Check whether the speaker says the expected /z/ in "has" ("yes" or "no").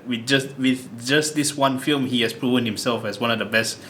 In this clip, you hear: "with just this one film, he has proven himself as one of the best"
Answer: no